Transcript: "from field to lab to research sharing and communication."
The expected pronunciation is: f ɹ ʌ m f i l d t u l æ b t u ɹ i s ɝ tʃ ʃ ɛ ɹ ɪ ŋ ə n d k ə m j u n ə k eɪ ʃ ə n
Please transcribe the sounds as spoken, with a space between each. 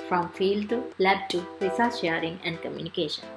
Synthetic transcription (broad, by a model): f ɹ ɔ m f i l d t u l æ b t u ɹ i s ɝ s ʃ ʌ ɹ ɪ ŋ ə n d k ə m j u n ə k eɪ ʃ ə n